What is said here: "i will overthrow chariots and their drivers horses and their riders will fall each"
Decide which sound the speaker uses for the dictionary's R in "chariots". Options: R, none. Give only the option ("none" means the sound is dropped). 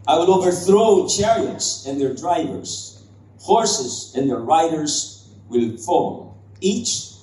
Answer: R